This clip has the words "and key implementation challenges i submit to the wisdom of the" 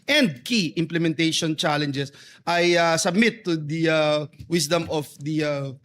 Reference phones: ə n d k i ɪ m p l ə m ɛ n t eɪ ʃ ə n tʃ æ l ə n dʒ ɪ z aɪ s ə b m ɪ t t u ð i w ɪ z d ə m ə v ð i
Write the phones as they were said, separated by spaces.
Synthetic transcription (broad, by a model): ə n d k i ɪ m p l ə m ɛ n t eɪ ʃ ə n tʃ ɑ l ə n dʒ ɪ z aɪ s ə b m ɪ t t u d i w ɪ s d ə m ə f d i